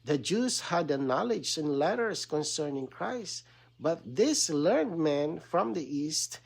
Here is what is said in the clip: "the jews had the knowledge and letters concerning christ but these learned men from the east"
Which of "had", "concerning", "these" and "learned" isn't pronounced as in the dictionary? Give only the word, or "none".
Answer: these